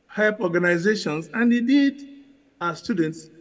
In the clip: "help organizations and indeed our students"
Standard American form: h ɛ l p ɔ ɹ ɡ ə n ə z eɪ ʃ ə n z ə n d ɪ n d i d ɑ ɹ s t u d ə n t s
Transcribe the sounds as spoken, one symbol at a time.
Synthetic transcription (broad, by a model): h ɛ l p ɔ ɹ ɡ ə n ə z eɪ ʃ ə n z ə n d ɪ d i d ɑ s s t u d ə n t s